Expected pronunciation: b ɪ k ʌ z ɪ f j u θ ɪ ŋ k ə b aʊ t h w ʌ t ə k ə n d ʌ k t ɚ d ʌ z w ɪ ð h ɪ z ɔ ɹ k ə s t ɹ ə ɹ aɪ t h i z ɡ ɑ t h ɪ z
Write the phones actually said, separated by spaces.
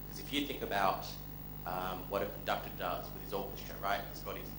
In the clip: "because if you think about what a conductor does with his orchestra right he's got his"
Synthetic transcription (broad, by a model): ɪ k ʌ z ɪ f j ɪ θ ɪ ŋ k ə b aʊ t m w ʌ t ə k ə n d ʌ k t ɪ d ʌ z w ɪ ð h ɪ z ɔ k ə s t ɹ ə ɹ aɪ t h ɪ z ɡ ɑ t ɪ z